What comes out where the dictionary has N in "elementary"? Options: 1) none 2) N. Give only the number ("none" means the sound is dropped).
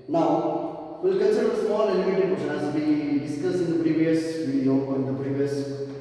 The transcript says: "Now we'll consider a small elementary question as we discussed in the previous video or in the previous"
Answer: 1